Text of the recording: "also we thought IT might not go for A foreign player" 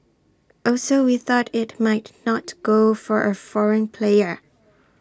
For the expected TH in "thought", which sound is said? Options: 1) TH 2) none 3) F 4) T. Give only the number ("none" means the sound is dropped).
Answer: 1